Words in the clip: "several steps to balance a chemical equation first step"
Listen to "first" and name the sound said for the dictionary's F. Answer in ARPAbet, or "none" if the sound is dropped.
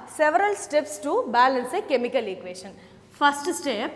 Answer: P